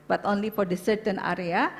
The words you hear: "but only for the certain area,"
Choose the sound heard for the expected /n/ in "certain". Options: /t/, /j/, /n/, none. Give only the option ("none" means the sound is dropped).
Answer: /n/